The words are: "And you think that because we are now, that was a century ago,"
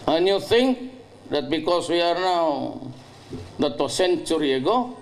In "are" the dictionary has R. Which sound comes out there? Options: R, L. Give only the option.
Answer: R